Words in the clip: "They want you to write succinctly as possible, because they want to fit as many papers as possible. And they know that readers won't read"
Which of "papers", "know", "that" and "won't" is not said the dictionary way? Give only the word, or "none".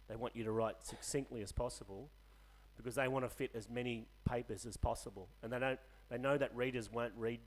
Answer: none